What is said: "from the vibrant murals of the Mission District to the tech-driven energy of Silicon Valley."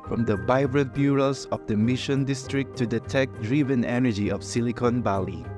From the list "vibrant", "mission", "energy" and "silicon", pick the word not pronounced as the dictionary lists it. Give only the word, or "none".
vibrant